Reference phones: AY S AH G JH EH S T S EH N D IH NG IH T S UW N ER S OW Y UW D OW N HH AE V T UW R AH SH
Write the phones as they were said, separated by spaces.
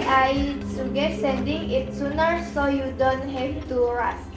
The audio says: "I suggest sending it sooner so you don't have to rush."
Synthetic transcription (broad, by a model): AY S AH G EH T S EH N D IH NG IH T S UW N ER S OW Y UW D OW N HH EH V T UW R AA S